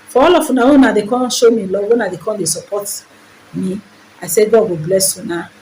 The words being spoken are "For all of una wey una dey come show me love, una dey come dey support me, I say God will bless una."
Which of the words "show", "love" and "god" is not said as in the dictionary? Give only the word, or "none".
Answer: love